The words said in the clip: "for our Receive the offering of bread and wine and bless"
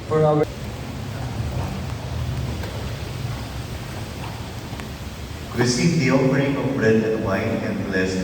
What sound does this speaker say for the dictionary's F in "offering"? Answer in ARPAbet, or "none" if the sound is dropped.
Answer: P